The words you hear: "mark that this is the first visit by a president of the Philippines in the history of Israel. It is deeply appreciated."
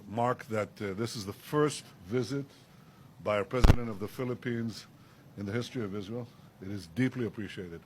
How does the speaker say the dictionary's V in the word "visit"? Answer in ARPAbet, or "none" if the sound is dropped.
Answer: V